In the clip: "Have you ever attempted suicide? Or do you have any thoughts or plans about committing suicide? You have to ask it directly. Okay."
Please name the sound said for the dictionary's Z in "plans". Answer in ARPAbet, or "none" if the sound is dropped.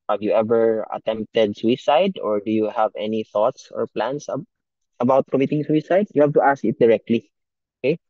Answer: S